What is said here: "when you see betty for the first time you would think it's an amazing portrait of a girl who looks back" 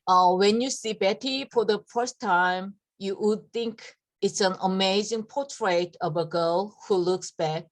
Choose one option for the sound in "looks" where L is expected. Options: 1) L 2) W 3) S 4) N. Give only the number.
1